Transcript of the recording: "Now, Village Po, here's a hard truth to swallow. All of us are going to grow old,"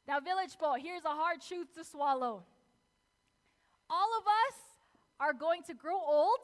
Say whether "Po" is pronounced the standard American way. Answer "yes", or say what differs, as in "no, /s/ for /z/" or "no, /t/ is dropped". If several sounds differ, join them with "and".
no, /b/ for /p/